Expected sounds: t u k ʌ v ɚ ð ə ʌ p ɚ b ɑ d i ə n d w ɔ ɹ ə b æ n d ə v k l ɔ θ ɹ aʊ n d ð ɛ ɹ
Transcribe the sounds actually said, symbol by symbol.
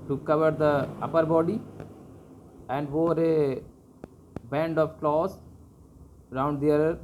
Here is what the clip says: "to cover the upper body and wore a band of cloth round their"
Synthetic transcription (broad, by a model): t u k ʌ v ɚ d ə ʌ p ɚ b ɑ d i ə n d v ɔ ɹ ə b æ n d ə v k l ɔ s ɹ aʊ n d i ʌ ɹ